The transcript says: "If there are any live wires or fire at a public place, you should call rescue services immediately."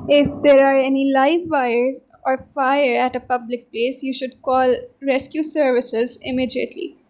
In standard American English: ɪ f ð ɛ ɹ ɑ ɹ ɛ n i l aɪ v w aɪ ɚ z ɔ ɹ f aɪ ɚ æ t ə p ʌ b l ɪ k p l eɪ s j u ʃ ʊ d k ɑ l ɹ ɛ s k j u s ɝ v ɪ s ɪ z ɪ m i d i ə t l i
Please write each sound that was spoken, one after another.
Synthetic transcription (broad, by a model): ɪ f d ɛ ɹ ɑ ɹ ɛ n i l aɪ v aɪ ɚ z ɔ ɹ f aɪ ɚ æ t ə p ʌ b l ɪ k p l eɪ s j u ʃ ʊ d k ɑ l ɹ ɛ s k j u s ɝ v ɪ s ɪ z ɪ m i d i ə t l i